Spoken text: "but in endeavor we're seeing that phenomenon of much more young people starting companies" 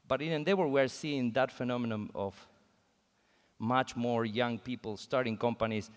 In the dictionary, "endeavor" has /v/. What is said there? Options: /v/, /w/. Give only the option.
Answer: /w/